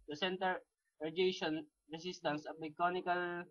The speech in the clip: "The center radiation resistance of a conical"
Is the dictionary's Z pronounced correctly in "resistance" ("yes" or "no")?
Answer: no